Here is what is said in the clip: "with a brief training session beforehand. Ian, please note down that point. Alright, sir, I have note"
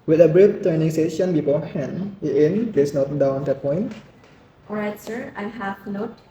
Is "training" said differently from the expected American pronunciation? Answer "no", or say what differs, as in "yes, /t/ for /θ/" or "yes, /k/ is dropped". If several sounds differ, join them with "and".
yes, /ɹ/ is dropped